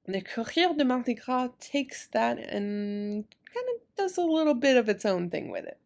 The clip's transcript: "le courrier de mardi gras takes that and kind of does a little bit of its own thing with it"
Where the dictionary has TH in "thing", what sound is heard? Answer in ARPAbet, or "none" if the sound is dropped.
TH